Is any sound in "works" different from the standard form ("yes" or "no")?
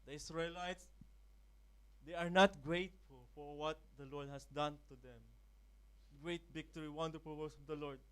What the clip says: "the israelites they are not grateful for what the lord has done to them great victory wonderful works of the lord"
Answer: yes